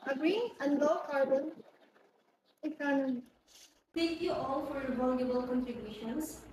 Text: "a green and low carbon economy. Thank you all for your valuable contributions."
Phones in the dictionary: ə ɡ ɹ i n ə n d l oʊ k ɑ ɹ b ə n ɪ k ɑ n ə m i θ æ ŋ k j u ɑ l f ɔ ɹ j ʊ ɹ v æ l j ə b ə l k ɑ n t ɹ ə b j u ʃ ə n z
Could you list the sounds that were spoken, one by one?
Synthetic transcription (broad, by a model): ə ɡ ɹ i ə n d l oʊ k ɑ ɹ b ə n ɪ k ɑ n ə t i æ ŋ k j u ɑ l f ɔ ɹ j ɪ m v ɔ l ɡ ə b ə l k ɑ n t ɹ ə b j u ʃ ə n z